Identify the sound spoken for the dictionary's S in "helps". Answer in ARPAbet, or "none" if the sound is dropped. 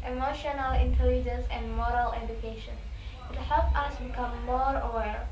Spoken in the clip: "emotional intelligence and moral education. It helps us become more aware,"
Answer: none